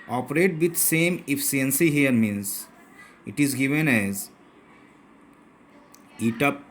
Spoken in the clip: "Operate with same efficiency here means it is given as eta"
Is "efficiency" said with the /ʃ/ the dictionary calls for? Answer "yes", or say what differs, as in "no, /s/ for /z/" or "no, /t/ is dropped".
no, /ʃ/ is dropped